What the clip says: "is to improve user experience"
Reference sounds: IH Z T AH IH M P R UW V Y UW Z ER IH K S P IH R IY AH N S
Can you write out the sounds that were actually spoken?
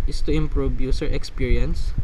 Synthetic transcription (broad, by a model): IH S T AH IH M P R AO B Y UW S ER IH K S P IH R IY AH N S